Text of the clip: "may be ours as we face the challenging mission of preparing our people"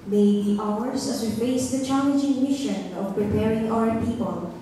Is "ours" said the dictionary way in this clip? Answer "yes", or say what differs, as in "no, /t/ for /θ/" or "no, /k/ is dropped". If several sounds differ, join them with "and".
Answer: no, /s/ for /z/